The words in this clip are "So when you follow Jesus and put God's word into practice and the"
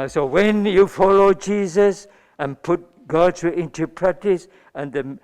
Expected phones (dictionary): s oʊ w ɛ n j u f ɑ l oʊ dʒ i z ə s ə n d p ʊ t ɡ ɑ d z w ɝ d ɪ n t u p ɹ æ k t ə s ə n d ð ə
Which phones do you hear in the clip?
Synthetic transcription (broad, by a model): s oʊ w ɛ n j u f ɑ l oʊ dʒ i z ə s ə n p ʊ t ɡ ɑ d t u ɪ n t u p ɹ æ k t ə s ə n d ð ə